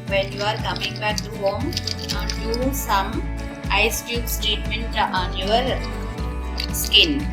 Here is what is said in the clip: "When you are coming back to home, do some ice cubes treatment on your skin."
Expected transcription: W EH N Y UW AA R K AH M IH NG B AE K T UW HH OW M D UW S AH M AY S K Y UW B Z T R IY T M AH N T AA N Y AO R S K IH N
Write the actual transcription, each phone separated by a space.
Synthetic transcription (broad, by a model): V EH N Y UW AA R K AH M IH NG B AE K T UW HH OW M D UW S AH M AY S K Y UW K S T EH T M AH N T AA N Y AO R S K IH N